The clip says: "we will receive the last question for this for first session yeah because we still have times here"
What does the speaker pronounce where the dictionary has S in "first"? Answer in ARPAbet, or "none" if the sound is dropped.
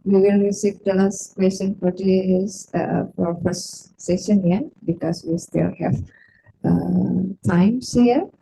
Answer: none